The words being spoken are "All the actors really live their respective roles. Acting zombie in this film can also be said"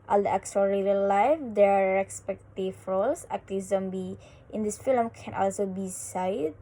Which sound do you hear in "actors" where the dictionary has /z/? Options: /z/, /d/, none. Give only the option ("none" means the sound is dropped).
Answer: none